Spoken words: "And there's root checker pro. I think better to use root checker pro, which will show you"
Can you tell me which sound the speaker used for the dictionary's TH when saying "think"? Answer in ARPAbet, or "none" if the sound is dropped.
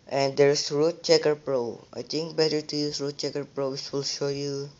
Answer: T